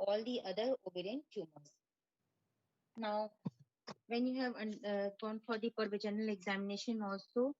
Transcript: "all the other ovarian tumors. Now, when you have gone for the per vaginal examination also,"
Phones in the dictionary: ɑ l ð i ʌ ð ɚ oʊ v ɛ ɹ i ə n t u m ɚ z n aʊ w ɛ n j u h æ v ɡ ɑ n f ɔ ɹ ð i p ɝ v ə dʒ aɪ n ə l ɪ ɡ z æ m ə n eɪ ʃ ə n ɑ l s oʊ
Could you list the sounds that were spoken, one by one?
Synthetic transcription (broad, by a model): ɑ l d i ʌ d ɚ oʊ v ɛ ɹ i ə n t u m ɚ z n aʊ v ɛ n j u h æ v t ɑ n f ɔ ɹ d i p ɝ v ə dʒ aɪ n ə l ɪ ɡ z æ m ə n eɪ ʃ ə n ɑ l s oʊ